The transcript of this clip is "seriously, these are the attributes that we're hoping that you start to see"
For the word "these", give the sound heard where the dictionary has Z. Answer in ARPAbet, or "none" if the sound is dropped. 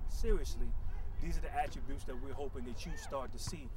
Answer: Z